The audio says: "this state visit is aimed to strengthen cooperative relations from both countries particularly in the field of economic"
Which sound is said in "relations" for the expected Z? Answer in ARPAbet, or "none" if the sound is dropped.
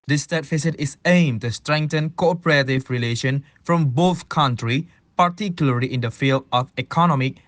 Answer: none